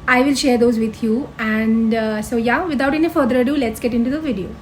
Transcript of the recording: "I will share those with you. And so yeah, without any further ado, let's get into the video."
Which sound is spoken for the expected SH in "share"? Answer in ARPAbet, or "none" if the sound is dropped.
SH